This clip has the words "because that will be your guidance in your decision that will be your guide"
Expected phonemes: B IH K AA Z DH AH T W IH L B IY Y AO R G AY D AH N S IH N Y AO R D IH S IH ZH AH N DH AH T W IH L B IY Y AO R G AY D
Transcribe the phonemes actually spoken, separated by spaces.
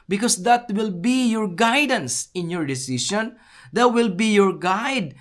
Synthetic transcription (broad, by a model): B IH K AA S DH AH T W IH L B IY Y AO R G AY D AH N S IH N Y AO R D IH S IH SH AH N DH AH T W IH L B IY Y AO R G AY D